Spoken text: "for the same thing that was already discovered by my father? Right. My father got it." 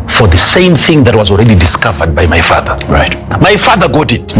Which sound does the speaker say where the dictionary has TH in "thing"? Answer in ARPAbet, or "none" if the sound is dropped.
TH